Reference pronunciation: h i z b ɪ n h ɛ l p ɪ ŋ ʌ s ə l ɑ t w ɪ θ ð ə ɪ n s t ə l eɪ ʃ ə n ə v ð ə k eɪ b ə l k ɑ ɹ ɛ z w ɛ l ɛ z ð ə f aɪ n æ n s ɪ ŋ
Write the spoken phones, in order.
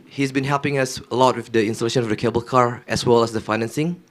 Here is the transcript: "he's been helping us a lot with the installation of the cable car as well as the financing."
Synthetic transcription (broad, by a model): h i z b ɪ n h ɛ l p ɪ ŋ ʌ s ə l ɑ t w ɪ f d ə ɪ n s t ə l eɪ ʃ ə n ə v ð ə k eɪ b ə l k ɑ ɹ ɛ s w ɛ l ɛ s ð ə f aɪ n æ n s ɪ ŋ